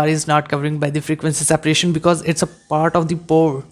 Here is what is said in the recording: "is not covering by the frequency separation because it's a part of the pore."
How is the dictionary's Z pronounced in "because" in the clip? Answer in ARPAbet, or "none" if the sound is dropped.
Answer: Z